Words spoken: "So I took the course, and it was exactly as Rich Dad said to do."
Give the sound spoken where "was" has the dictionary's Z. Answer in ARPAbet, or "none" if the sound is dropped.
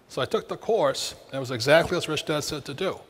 Z